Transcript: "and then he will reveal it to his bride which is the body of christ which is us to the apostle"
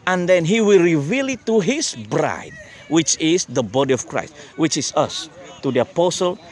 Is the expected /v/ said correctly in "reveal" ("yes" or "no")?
yes